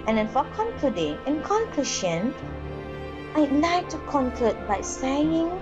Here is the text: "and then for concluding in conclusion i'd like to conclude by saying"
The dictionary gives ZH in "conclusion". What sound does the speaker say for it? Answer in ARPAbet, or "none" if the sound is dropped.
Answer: SH